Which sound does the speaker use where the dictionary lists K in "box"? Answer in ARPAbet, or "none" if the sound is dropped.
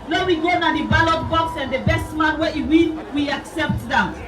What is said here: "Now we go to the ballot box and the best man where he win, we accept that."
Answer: K